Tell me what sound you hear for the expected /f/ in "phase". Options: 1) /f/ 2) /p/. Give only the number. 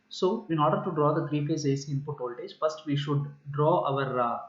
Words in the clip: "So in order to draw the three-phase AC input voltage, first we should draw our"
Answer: 2